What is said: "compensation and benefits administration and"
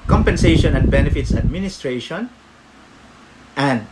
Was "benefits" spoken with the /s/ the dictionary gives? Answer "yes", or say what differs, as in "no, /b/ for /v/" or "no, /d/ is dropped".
yes